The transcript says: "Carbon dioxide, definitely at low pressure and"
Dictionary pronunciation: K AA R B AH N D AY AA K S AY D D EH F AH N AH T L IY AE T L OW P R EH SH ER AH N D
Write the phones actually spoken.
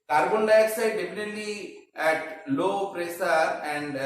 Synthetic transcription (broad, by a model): K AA R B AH N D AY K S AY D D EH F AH N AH T L IY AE T L OW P R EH S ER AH N D